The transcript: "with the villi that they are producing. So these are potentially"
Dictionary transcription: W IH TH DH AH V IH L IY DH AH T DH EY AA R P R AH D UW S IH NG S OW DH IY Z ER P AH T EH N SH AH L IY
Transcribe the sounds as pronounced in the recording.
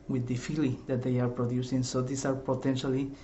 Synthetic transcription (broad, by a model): W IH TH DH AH F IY L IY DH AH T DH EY AA R P R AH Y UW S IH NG S OW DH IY S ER P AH T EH N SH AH L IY